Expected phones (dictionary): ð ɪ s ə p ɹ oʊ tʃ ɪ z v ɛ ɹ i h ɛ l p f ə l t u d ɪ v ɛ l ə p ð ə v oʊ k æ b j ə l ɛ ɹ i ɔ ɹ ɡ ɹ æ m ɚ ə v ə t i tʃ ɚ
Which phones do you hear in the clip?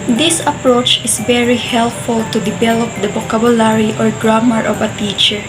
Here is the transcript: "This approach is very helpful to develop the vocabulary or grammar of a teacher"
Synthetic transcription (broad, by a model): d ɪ s ə p ɹ oʊ tʃ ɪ s v ɛ ɹ i h ɛ l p f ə l t u d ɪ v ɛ l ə p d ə b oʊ k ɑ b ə l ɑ ɹ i ɔ ɹ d ɹ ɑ m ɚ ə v ə t i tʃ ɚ